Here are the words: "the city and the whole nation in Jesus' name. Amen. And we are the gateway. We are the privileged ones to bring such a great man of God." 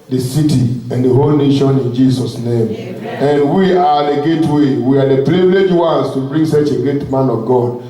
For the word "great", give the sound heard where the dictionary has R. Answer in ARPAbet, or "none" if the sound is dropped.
none